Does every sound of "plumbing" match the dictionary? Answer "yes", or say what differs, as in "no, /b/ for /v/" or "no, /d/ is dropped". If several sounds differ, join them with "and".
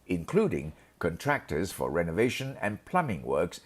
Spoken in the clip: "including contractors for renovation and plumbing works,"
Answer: yes